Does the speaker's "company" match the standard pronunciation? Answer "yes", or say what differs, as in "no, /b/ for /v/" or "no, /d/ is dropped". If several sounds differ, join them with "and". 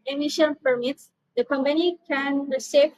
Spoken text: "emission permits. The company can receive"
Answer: yes